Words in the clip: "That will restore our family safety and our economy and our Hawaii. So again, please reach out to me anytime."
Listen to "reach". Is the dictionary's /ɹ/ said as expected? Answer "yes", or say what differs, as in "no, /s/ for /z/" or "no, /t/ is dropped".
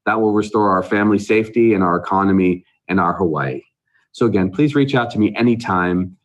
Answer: yes